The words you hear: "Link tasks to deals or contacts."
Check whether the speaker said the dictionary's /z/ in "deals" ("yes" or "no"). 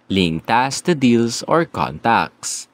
no